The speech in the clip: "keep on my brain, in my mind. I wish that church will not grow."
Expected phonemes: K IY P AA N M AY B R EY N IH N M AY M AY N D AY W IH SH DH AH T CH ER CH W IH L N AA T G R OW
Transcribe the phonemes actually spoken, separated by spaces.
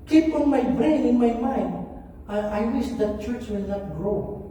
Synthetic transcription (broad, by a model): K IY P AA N M AY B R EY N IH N M AY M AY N AY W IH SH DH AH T CH ER CH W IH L N AA T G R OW